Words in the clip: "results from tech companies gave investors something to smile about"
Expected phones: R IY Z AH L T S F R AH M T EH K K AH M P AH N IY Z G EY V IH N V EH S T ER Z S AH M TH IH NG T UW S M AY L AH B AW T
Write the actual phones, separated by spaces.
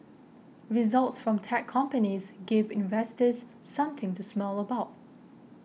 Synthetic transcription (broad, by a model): R IY Z AH L T S F R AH M T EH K K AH M P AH N IY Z G EY V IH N V EH S T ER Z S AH M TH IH NG T UW S M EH L AH B AW T